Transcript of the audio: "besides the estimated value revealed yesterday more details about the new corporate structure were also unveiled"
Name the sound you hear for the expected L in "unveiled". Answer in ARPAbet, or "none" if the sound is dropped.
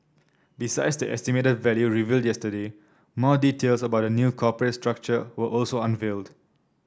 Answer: L